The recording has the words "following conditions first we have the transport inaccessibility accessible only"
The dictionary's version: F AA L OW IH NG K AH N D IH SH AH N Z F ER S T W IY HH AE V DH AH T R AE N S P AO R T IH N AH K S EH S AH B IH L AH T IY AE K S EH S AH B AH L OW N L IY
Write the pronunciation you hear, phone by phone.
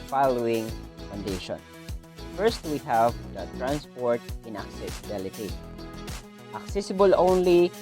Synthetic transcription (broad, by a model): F AA L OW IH NG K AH N D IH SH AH N F ER S T W IY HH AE V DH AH T R AE N S P AO R T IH N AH K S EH S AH B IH L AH T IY AE K S EH S AH B AH L OW N L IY